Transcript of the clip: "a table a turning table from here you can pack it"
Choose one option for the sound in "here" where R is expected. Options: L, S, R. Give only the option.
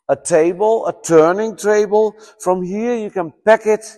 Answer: R